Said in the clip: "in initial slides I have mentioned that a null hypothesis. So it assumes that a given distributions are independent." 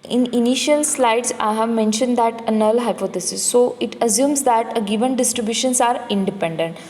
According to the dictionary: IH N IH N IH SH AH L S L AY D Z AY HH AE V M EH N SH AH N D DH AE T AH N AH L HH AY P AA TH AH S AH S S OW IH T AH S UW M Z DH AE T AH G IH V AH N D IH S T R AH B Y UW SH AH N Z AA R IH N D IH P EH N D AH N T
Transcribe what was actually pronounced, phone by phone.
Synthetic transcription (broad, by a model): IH N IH N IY SH AH L S L AY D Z AY HH AE V M EH N SH AH N D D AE T AH N AH L HH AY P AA T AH S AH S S OW IH T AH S UW M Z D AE T AH G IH V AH N D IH S T R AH B Y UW SH AH N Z AA R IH N D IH P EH N D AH N T